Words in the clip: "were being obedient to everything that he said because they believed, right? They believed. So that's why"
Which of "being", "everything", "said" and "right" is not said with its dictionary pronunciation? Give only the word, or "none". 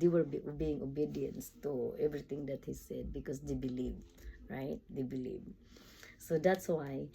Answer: everything